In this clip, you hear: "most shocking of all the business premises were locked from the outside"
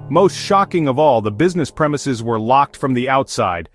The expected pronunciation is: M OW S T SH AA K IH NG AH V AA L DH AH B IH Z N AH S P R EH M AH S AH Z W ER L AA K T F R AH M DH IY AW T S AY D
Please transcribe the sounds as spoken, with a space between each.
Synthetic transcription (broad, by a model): M OW S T SH AA K IH NG AH V AA L DH AH B IH Z N AH S P R EH M AH S AH Z W ER L AA K T F R AH M DH IY AW T S AY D